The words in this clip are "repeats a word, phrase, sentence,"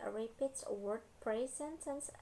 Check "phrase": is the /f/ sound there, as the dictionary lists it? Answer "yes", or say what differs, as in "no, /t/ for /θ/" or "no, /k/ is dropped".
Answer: no, /p/ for /f/